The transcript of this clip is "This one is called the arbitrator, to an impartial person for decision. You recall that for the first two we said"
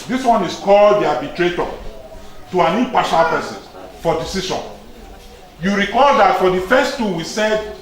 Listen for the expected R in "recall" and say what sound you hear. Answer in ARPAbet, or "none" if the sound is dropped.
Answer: R